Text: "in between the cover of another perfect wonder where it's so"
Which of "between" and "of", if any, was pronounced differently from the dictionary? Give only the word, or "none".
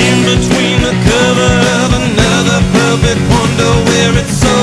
none